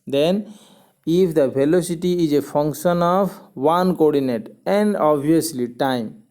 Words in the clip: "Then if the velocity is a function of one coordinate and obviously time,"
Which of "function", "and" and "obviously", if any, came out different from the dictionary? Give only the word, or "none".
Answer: obviously